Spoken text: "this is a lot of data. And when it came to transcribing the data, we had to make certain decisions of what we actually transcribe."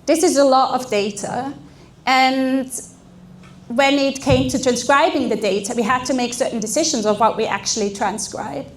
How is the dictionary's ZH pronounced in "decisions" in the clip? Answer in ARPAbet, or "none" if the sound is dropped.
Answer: ZH